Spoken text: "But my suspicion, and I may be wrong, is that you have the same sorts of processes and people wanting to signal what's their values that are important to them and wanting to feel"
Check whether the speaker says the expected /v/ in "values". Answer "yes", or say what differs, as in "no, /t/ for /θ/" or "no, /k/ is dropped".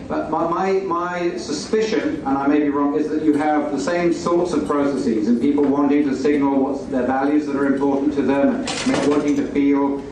yes